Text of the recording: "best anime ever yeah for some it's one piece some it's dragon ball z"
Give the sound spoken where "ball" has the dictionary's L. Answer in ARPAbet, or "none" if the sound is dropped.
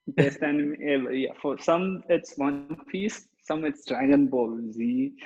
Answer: L